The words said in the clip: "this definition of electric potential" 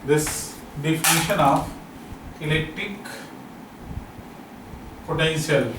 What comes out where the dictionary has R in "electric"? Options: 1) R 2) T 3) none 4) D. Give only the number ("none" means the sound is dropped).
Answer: 1